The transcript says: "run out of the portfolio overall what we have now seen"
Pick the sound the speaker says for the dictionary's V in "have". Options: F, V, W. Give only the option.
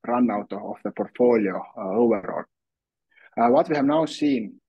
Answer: V